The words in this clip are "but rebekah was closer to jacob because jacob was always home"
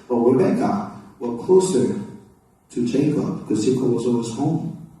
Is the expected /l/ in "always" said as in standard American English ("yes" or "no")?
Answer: no